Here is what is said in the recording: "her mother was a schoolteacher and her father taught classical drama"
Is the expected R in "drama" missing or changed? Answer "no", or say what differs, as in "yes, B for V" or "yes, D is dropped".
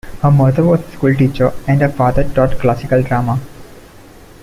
no